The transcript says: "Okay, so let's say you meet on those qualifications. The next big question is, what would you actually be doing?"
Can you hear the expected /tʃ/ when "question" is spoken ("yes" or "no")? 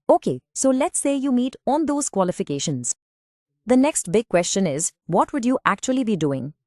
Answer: yes